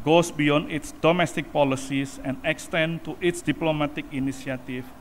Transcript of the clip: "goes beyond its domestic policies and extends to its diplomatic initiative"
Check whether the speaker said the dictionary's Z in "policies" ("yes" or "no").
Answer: no